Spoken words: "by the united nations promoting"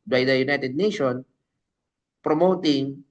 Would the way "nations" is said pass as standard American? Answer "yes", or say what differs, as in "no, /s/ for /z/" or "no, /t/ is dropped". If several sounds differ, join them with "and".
no, /z/ is dropped